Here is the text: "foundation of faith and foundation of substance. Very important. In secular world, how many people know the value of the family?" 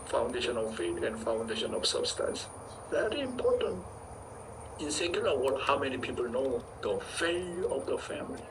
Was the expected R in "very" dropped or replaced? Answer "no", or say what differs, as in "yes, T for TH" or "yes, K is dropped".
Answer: no